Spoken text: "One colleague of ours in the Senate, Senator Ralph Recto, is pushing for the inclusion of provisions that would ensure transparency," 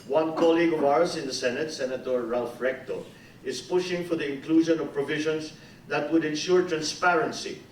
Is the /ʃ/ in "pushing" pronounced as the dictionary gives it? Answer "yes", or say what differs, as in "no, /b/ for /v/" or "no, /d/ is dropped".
yes